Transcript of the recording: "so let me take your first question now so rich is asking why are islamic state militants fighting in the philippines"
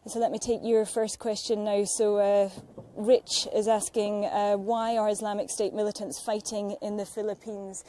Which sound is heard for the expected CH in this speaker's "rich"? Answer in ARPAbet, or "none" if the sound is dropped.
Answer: CH